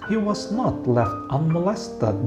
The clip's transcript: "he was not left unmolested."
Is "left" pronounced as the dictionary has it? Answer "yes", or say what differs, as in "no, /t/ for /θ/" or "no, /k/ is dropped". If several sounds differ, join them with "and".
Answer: yes